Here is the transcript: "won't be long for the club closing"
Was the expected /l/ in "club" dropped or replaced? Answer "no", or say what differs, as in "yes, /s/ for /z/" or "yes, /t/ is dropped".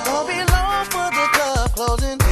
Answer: yes, /l/ is dropped